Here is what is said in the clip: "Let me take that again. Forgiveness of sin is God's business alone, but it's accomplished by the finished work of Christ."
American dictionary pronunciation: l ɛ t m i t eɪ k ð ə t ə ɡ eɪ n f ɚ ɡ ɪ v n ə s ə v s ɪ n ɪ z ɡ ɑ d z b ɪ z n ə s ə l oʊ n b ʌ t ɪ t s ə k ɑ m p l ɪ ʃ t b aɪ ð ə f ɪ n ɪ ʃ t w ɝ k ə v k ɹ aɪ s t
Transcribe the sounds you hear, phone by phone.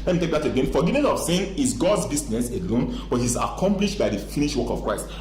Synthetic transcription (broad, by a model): l ɛ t m i t eɪ k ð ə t ə ɡ eɪ n f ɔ ɡ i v n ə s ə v s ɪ n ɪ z ɡ ɑ d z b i s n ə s ə l oʊ n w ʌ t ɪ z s ə k ɑ m p l ɪ ʃ t b aɪ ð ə f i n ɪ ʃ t w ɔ k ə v k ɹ aɪ s t